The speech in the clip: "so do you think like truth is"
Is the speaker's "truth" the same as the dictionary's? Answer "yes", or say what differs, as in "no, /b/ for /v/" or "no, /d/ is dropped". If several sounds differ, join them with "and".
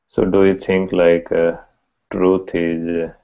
no, /t/ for /θ/